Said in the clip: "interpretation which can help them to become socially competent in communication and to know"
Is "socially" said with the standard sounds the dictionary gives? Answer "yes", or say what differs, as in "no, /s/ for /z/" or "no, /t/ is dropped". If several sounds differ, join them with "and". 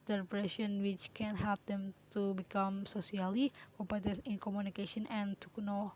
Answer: no, /s/ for /ʃ/